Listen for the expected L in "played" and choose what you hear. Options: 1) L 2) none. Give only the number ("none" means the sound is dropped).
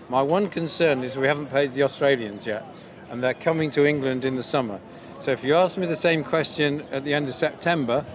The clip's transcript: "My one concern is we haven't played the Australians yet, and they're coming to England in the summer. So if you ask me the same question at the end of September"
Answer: 2